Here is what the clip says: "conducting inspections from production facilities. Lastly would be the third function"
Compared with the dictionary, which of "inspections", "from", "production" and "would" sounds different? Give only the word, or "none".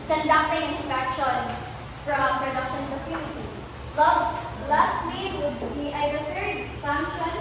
inspections